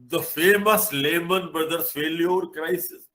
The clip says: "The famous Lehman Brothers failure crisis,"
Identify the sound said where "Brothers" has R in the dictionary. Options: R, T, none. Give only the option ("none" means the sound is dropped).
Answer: none